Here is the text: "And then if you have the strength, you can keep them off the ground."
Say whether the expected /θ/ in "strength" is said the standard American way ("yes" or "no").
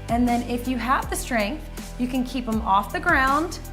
yes